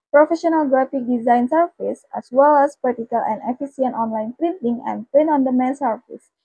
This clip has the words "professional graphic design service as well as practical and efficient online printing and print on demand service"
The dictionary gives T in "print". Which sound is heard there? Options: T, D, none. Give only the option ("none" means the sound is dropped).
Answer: none